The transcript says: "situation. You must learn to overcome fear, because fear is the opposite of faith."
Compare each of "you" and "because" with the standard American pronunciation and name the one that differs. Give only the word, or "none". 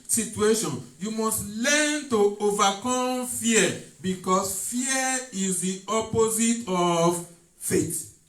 because